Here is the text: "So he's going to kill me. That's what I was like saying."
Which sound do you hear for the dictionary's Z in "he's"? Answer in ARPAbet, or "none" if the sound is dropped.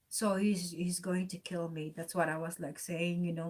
Z